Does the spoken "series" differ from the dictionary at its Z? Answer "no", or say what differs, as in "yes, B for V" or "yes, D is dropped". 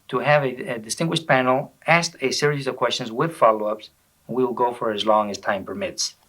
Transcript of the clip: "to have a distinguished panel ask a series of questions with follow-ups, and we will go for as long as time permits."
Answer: no